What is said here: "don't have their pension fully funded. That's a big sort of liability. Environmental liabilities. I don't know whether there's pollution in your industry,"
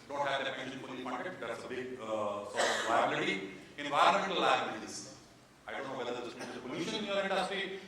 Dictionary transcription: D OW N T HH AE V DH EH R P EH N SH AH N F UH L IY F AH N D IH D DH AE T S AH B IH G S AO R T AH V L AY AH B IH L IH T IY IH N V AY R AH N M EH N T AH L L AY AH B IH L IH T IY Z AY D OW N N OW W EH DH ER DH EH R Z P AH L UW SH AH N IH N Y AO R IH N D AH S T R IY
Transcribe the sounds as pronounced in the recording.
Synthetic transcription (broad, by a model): D OW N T HH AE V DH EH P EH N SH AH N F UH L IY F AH N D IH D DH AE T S AH B IH G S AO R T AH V AY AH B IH L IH T IY IH N V AY R AH N M EH N T AH L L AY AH IH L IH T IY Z AY D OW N N OW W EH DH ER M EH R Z P AH L UW SH AH N IH N Y AO R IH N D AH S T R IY